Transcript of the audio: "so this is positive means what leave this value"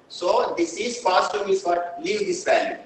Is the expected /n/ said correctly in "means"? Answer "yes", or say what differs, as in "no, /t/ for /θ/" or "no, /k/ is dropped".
no, /n/ is dropped